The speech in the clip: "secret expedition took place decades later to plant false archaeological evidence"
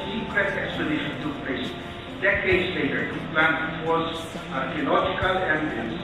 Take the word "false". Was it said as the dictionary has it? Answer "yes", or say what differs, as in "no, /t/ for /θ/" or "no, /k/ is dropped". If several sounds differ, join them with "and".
no, /l/ is dropped